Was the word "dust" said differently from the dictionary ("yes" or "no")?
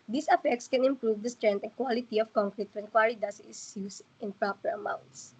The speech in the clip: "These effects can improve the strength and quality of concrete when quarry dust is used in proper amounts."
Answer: yes